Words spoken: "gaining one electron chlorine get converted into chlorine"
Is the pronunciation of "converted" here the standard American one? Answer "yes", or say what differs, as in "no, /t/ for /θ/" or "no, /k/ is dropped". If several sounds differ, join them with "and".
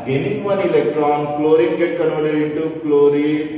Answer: no, /v/ is dropped